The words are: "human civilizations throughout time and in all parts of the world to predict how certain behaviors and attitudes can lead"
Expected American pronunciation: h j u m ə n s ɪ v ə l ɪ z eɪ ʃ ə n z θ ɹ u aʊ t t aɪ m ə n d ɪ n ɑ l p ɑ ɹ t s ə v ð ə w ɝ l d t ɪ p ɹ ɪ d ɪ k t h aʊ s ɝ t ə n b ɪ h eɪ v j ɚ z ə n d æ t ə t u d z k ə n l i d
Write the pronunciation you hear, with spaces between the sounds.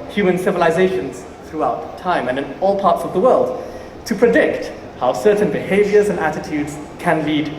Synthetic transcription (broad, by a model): h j u m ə n s ɪ v ə l ɪ z eɪ ʃ ə n z θ ɹ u aʊ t t aɪ m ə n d ɪ n ɑ l p ɑ ɹ t s ə v ð ə w ɝ l d t ɪ p ɹ ɪ d ɪ k t h aʊ s ɝ t n b ɪ h eɪ v j ɚ z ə n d æ t ə t u d z k ə n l i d